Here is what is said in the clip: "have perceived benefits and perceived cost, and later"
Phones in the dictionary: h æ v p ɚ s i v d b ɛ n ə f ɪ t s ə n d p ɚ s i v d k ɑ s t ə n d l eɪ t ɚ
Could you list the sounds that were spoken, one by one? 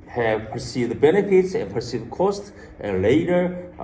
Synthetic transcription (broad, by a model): h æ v p ɚ s i v d b ɛ n ə f ɪ t s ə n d p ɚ s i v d k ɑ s t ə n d l eɪ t ɚ